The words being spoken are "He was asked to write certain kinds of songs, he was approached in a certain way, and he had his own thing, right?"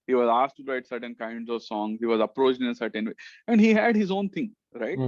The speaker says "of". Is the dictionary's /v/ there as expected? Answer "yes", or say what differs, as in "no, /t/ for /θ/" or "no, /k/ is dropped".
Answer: yes